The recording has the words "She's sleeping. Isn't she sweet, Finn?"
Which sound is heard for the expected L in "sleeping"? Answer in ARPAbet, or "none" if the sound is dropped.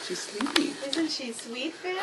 W